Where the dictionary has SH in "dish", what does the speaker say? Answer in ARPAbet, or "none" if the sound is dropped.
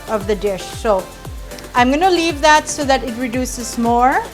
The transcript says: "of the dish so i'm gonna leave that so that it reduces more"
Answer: SH